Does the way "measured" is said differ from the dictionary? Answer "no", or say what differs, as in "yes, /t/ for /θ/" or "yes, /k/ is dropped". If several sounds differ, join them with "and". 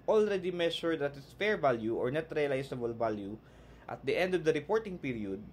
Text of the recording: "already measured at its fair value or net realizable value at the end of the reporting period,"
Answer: yes, /ʃ/ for /ʒ/